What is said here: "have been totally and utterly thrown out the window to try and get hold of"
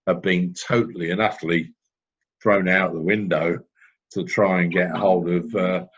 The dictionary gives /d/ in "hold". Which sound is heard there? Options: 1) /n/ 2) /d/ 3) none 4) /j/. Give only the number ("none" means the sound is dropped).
2